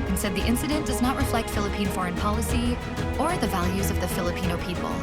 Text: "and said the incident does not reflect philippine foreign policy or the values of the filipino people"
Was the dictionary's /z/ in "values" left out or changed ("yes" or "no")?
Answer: no